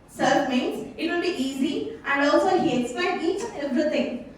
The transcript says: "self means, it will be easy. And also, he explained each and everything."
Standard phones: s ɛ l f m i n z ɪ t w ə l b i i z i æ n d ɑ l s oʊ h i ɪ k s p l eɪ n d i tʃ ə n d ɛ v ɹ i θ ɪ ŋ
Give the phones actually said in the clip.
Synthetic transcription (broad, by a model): s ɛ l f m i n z ɪ t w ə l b i i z i æ n d ɑ l s oʊ h i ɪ k s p eɪ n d i tʃ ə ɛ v ɹ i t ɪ ŋ